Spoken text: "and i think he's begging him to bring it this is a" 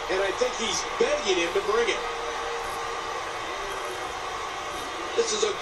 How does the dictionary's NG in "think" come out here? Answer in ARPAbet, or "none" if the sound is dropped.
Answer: NG